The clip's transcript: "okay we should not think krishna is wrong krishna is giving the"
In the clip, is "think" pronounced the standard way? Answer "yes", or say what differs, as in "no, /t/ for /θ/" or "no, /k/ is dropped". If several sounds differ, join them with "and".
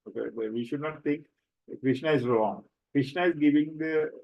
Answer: no, /t/ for /θ/